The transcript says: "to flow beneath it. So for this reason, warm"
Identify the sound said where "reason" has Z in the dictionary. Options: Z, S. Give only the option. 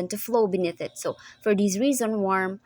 Z